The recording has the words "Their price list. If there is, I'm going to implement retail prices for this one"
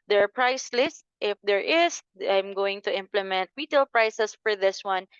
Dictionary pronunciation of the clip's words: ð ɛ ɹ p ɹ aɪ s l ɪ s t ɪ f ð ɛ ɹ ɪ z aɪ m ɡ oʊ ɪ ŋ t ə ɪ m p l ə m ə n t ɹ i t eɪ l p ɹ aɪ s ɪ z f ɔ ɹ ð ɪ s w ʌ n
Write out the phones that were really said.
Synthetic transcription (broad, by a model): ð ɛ ɹ p ɹ aɪ s l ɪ s t ɪ f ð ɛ ɹ ɪ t aɪ m ɡ oʊ ɪ ŋ t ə ɪ m p l ə m ə n t w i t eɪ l p ɹ aɪ s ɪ s f ɔ ɹ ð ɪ s w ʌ n